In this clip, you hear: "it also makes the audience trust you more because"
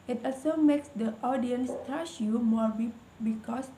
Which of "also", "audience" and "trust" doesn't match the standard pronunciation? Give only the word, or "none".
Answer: trust